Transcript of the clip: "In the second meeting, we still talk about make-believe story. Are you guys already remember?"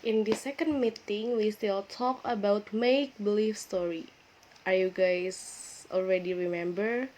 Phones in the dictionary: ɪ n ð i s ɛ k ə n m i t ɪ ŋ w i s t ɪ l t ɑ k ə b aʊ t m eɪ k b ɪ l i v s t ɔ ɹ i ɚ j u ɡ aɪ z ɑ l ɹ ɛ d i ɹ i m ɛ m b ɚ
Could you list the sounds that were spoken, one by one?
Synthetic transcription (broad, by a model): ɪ n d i s ɛ k ə n m i t ɪ ŋ w i s t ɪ l t ɑ k ə b aʊ t m eɪ k b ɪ l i f s t ɔ ɹ i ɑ j u ɡ aɪ s ɑ l ɹ ɛ d i ɹ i m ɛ m b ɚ